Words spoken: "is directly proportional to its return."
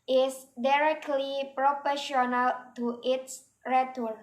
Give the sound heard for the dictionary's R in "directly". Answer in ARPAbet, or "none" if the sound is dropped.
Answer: R